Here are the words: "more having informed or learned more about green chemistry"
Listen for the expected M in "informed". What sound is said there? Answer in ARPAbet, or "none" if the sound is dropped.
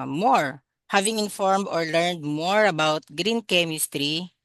M